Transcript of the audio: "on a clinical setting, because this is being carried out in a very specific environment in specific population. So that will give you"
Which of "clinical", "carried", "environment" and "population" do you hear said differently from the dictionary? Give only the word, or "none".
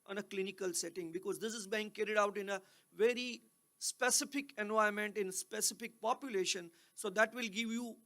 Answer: environment